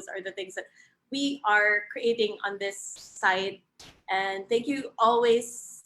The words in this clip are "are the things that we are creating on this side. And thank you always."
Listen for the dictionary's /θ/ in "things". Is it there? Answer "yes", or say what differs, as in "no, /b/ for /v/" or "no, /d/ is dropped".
yes